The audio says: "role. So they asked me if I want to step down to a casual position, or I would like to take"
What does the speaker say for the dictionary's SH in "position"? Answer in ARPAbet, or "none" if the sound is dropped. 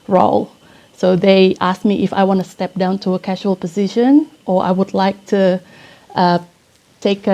SH